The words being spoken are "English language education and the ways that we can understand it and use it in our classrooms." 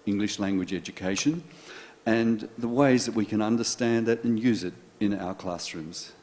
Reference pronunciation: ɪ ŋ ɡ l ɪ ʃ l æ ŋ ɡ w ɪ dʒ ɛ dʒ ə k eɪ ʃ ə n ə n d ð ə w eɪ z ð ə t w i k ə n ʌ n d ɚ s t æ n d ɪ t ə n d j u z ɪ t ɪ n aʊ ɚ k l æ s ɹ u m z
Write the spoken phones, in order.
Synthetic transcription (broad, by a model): ɪ ŋ ɡ l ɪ ʃ l æ ŋ ɡ w ɪ dʒ ɛ dʒ ə k eɪ ʃ ə n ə n ð ə w eɪ z ð ə t w i k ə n ʌ n d ɚ s t æ n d ɪ t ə n j u z ɪ t ɪ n aʊ ɚ k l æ s ɹ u m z